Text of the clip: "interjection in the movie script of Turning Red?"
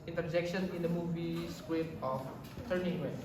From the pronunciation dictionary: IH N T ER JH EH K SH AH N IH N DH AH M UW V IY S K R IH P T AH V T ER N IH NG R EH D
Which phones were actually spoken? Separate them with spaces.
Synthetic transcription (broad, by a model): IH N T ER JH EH K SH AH N IH N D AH M UW V IY S K W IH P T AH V T ER N IH NG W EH